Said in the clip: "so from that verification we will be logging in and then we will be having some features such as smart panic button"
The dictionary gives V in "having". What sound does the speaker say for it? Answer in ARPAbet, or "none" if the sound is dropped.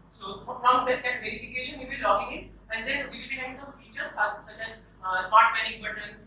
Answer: none